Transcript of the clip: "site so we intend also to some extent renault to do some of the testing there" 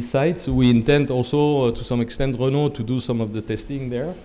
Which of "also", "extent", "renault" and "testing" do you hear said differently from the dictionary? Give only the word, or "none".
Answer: none